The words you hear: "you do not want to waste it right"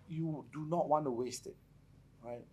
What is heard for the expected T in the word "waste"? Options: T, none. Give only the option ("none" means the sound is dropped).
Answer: T